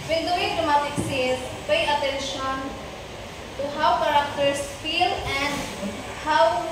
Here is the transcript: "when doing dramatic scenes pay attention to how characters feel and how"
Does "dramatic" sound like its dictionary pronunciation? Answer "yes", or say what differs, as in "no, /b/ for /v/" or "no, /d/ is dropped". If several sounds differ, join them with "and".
no, /ɹ/ is dropped